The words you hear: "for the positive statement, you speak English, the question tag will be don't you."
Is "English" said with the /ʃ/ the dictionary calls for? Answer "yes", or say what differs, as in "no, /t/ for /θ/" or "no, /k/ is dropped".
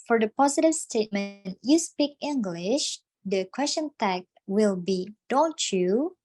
yes